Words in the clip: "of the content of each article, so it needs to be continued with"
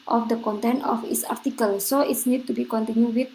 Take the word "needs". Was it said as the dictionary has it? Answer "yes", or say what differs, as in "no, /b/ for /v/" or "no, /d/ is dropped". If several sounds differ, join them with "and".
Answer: no, /z/ is dropped